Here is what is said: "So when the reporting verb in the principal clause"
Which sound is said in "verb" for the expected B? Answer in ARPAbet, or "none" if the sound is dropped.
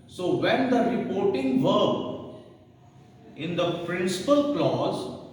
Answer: none